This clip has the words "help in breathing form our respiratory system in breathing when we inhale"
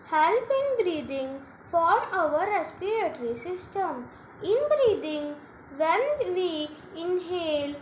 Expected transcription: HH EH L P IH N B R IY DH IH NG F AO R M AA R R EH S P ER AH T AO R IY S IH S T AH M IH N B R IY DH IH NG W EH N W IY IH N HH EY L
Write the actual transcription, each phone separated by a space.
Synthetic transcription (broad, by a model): HH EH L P IH N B R IY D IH NG F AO R AA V R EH S P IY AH T R IY S IH S T AH M IH N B R IY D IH NG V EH N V IY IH N HH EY L